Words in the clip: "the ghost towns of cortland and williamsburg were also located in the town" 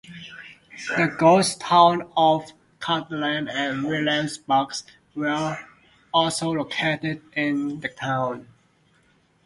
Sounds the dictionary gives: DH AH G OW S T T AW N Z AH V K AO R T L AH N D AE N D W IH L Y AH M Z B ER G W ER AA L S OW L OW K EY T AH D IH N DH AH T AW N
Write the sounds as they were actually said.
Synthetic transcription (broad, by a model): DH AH G OW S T T AW N AH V K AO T L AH N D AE N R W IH L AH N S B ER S W ER AA L S OW L OW K EY T AH D IH N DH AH T AW N